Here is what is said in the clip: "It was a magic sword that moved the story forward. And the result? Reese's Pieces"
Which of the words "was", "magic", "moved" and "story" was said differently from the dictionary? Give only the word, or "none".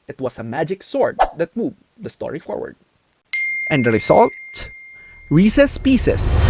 was